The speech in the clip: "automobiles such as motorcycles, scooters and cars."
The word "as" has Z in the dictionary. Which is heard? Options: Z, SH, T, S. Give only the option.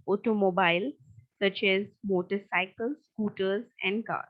Z